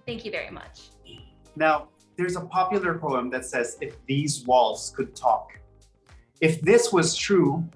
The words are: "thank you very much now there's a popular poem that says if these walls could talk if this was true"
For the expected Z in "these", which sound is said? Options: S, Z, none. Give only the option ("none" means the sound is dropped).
Z